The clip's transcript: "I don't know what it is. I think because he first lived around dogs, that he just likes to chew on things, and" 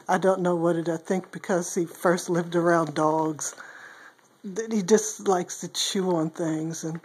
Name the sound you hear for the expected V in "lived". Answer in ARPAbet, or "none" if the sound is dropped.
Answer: V